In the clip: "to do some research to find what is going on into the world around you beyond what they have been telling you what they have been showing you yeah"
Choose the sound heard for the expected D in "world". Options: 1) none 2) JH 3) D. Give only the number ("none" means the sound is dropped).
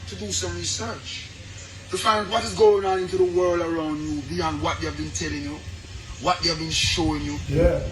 3